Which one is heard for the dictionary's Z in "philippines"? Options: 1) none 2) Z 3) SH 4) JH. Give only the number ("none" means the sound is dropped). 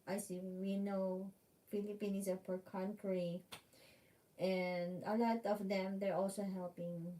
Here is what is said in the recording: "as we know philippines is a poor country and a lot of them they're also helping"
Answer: 1